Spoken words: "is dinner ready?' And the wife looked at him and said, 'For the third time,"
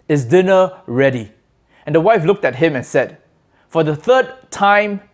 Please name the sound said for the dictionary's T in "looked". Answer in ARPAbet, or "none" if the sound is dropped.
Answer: T